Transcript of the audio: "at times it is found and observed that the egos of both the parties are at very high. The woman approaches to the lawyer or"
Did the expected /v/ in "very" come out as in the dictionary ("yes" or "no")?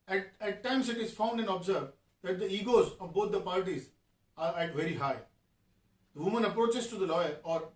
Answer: yes